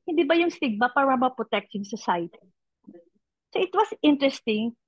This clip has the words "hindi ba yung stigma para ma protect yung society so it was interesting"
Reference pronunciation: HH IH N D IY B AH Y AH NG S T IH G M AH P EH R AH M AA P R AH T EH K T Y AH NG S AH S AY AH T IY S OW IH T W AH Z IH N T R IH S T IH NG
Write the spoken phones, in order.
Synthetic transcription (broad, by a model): HH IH N D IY B AH Y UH NG S T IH G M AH P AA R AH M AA P R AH T EH K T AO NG S AH S AY AH T IY S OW IH T W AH S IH N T R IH S T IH NG